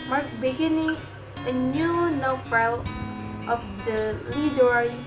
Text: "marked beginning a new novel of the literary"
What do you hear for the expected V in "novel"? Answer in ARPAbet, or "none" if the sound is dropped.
F